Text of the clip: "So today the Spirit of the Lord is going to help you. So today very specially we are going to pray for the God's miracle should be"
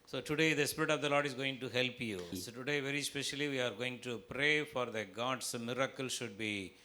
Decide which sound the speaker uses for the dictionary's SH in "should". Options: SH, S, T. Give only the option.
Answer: SH